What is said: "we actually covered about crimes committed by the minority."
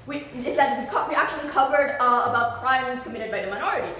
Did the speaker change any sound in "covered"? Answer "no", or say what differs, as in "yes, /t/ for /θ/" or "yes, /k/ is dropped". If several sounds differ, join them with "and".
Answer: no